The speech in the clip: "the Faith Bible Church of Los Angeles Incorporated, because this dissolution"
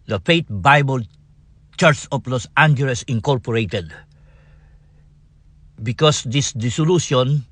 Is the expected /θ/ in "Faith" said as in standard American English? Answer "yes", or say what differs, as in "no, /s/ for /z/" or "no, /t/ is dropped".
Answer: no, /t/ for /θ/